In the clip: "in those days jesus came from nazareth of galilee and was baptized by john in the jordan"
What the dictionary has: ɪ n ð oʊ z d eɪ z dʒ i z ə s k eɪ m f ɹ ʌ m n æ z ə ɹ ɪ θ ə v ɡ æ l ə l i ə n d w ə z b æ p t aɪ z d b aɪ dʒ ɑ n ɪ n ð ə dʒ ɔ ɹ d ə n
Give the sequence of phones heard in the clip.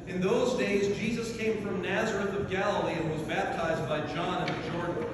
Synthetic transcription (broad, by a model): ɪ n ð oʊ z d eɪ z dʒ i z ə s k eɪ m f ɹ ʌ m n æ z ə ɹ ɪ θ ə v ɡ æ l ə l i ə n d w ə z b æ p t aɪ z d b aɪ dʒ ɑ n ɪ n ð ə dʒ ɔ ɹ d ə n